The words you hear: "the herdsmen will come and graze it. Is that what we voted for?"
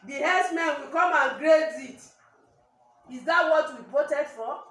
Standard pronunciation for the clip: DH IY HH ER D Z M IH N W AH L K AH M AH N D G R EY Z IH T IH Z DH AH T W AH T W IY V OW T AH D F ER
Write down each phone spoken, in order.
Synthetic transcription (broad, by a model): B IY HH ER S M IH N W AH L K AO M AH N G R EY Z IH T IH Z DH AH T W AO T W IY P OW T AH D F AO